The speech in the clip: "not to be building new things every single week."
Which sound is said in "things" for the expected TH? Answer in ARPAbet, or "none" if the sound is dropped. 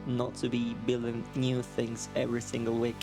TH